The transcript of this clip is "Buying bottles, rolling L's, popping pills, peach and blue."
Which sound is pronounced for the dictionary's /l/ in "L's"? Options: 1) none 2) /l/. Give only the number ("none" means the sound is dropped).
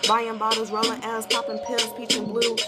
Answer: 1